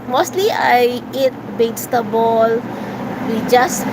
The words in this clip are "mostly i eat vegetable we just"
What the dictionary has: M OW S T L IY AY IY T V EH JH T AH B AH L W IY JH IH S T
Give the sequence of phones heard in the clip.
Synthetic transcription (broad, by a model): M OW S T L IY AY IY T B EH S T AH B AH L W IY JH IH S